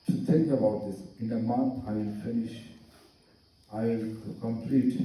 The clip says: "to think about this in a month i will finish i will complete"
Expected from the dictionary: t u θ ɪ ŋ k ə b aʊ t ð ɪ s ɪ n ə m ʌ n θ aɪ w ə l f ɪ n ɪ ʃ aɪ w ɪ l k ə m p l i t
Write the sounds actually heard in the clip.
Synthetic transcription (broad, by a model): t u t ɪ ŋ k ə b aʊ t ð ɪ s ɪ n ə m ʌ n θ aɪ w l f ɪ n ɪ ʃ aɪ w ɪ l k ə m p l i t